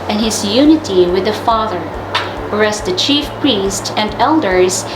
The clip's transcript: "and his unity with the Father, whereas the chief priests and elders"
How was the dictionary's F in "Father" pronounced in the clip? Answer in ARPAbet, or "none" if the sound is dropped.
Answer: F